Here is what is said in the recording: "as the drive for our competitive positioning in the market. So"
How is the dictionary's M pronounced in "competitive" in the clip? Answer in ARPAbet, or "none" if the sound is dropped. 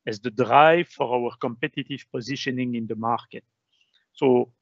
M